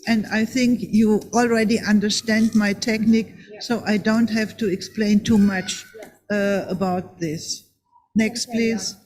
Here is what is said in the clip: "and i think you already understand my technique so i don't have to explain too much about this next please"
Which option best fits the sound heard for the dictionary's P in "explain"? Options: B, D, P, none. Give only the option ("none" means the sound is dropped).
P